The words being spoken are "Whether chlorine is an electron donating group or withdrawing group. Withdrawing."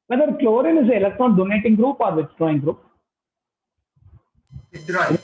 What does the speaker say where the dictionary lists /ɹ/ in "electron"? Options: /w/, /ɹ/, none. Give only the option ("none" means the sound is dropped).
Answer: none